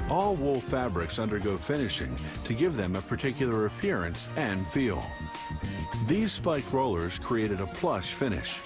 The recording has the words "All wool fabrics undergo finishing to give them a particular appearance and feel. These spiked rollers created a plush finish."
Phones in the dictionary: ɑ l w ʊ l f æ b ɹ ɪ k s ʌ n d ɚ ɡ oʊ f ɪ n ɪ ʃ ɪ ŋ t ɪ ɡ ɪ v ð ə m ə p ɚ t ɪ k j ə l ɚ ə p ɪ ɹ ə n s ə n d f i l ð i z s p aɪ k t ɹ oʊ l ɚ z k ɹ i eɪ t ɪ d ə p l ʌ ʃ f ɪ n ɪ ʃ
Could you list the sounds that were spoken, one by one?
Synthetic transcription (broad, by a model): ɑ l w ʊ l f æ b ɹ ɪ k s ʌ n d ɚ ɡ oʊ f ɪ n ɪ ʃ ɪ ŋ t ɪ ɡ ɪ v ð ə m ə p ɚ t ɪ k j l ɚ ə p ɪ ɹ ə n s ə n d f i l ð i z s p aɪ k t ɹ oʊ l ɚ z k ɹ i eɪ t ɪ d ə p l ʌ ʃ f ɪ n ɪ ʃ